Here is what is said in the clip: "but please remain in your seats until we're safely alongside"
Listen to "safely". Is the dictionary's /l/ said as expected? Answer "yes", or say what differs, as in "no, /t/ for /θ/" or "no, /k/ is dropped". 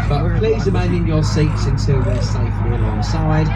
no, /l/ is dropped